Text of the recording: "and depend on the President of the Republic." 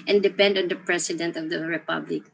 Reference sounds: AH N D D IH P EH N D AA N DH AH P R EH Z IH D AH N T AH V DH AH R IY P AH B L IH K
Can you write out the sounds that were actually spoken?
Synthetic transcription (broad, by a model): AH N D D IH P EH N D AA N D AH P R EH S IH D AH N T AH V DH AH R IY P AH B L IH K